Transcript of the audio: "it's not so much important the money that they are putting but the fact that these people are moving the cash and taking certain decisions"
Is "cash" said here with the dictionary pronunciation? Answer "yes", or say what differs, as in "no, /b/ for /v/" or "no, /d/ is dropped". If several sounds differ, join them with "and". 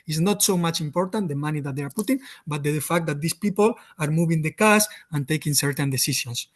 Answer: no, /s/ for /ʃ/